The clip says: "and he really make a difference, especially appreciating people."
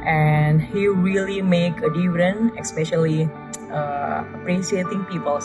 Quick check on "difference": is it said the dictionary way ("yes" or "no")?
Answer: no